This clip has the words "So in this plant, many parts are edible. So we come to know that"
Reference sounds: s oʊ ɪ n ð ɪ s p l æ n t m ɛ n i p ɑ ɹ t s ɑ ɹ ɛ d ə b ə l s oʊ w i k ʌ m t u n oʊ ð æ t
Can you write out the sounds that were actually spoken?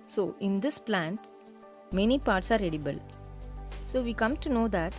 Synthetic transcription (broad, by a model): s oʊ ɪ n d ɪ s p l æ n t m ɛ n i p ɑ ɹ t s ɑ ɹ ɛ d ə b ə l s oʊ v i k ʌ m t u n oʊ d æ t